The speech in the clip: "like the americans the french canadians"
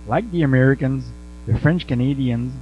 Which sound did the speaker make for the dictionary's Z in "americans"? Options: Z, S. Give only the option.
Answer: Z